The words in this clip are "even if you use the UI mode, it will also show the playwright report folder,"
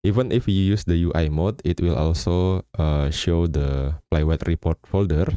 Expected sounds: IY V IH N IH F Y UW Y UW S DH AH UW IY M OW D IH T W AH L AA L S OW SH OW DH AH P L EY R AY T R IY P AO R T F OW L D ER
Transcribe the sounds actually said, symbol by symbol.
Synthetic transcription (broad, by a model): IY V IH N IH F Y UW Y UW S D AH UW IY M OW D IH T W AH L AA L S OW SH OW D AH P L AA W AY T R IY P AO R T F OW L D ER